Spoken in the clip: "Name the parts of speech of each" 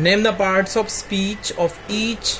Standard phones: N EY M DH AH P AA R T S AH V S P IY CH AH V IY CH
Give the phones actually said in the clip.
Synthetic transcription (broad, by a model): N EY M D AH P AA R T S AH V S P IY CH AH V IY CH